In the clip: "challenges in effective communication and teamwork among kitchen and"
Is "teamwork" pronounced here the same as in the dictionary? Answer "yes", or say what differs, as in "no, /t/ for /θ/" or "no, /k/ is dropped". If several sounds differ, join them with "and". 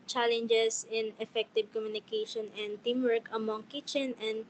yes